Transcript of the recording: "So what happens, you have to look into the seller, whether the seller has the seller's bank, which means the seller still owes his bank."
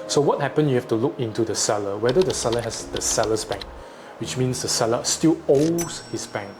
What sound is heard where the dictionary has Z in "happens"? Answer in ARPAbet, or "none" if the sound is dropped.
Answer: none